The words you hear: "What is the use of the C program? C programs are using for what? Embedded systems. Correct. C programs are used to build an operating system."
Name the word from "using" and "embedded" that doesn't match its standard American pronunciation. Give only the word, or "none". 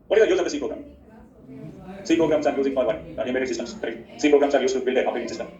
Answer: embedded